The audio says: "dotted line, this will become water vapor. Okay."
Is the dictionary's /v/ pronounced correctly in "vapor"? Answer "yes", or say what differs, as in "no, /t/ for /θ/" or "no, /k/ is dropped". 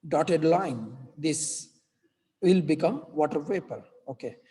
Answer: no, /p/ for /v/